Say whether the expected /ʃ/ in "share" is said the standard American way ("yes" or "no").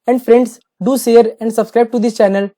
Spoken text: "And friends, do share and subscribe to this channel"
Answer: no